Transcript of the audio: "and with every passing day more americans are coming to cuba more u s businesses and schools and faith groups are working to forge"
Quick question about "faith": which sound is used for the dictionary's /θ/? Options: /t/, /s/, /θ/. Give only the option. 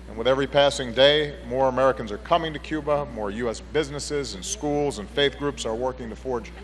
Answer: /θ/